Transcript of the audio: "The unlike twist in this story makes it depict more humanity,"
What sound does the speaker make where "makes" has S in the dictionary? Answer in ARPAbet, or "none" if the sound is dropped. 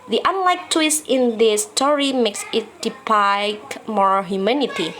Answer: S